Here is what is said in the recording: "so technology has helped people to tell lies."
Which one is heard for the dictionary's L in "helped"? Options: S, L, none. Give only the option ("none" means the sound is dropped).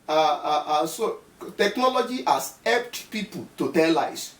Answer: none